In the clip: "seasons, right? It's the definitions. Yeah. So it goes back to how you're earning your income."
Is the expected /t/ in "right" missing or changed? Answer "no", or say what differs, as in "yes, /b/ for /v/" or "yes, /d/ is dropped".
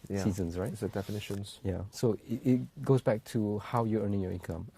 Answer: yes, /t/ is dropped